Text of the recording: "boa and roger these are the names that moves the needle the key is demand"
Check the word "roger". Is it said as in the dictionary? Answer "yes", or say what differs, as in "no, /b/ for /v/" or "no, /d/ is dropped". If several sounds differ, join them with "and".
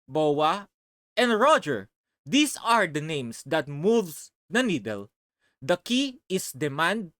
yes